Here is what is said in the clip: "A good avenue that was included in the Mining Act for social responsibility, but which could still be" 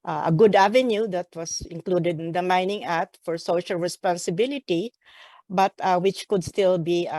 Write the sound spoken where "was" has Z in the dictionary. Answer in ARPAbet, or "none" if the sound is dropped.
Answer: S